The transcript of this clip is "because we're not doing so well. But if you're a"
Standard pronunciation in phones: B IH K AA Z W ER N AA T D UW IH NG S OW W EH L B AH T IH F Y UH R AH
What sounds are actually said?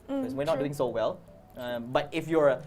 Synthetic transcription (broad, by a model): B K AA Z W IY N AA T D UW IH NG S OW W EH L B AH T IH F Y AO R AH